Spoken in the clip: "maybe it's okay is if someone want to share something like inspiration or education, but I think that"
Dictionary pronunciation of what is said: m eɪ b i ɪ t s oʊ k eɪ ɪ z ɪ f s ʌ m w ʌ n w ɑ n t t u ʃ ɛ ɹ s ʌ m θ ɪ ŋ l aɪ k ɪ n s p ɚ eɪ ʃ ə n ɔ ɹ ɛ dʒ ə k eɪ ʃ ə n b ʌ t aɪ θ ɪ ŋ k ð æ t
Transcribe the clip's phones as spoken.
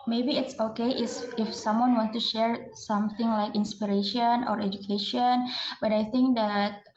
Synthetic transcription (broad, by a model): m eɪ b i ɪ t s oʊ k eɪ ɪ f ɪ f s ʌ m w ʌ n w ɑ n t t u ʃ ɛ ɹ s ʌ m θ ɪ ŋ l aɪ k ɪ n s p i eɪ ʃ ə n ɔ ɹ ɛ dʒ ə k eɪ ʃ ə n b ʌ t aɪ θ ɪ ŋ k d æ t